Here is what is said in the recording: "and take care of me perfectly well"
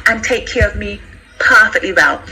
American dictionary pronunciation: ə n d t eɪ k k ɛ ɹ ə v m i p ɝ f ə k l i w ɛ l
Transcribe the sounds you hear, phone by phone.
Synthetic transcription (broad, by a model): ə n t eɪ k k ɛ ɹ ə v m i p ɝ f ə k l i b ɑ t